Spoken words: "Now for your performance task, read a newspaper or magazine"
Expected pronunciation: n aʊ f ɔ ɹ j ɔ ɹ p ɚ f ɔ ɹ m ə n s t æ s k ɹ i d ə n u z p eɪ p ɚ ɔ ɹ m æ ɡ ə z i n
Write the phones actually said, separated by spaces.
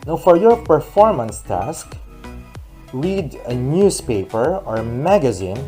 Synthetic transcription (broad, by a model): n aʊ f ɔ ɹ j ɔ ɹ p ɚ f ɔ ɹ m ə n s t æ s k ɹ i d ə n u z p eɪ p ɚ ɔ ɹ m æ ɡ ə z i n